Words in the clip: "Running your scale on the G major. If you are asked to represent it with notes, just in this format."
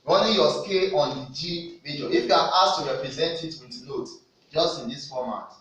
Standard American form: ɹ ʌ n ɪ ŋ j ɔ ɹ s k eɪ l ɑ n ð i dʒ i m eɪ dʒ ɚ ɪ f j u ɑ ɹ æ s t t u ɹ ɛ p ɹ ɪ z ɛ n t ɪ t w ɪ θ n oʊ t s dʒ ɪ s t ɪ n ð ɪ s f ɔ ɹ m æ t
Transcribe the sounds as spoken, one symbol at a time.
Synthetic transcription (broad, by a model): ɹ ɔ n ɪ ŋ j ɔ s k eɪ l ɑ n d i dʒ i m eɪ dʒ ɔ ɪ f j u ɑ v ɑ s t t u ɹ ɛ p ɹ ɪ z ɛ n t ɪ t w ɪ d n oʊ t dʒ ɪ s t ɪ n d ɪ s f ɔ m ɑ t